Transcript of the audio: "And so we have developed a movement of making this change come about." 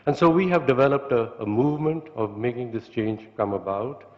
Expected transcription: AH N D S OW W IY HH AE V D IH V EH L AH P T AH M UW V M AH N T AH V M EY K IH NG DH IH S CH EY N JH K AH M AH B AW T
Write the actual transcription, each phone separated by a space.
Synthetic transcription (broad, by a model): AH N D S OW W IY HH AE V D IH V EH L AH P T AH M UW V M AH N T AH V M EY K IH NG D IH S CH EY N JH K AH M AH B AW T